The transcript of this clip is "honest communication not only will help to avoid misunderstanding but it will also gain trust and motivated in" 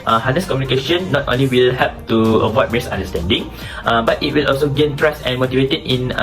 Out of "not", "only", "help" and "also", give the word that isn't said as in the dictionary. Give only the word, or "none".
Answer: help